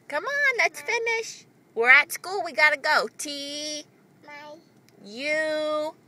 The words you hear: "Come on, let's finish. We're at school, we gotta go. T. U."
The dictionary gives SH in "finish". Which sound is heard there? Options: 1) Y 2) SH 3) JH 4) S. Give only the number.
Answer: 2